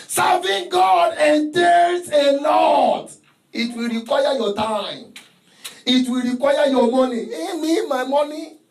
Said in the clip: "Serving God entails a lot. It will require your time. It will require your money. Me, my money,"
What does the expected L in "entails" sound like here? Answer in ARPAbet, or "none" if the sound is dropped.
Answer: none